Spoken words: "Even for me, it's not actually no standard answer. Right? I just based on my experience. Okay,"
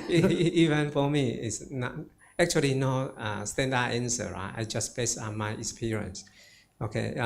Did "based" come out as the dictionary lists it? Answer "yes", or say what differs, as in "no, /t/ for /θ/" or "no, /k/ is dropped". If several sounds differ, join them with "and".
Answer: no, /t/ is dropped